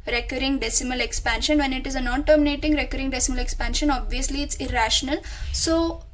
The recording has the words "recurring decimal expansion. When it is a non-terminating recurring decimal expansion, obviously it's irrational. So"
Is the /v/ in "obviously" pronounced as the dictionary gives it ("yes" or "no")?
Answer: yes